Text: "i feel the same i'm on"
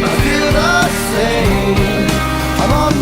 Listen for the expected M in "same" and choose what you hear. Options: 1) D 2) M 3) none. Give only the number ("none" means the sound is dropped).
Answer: 3